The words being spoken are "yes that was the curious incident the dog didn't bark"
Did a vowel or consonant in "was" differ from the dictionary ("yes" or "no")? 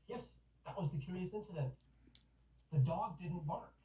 no